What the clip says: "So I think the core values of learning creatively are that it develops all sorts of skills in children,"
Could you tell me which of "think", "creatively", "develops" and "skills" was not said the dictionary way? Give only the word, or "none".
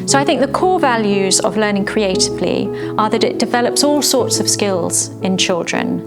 none